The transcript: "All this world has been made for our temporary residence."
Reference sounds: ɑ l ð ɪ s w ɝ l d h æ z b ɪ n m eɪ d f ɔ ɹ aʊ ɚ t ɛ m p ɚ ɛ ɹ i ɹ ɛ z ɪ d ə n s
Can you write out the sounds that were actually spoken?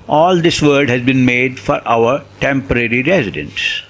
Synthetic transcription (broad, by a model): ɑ l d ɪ s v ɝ d h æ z b ɪ n m eɪ d f ɔ ɹ aʊ ɚ t ɛ m p ɚ ɛ ɹ i ɹ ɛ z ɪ d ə n s